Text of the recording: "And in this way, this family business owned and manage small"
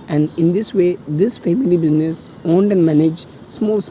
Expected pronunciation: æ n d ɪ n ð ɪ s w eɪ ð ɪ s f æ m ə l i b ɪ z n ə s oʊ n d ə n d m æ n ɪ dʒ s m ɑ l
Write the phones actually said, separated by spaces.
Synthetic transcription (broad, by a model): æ n d ɪ n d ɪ s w eɪ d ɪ s f æ m ə l i b ɪ z n ə s oʊ n d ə n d m æ n ɪ dʒ s m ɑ l